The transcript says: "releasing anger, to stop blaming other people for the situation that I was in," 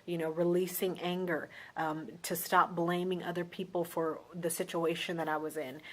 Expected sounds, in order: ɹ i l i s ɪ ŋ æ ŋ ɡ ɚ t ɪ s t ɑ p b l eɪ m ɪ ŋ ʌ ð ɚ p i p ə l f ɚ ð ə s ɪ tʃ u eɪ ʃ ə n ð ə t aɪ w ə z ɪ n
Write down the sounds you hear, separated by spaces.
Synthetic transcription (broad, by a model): ɹ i l i s ɪ ŋ æ ŋ ɡ ɚ t ɪ s t ɑ p b l eɪ m ɪ ŋ ʌ ð ɚ p i p l f ɚ ð ə s ɪ tʃ u eɪ ʃ ə n ð ə t aɪ w ə z ɪ n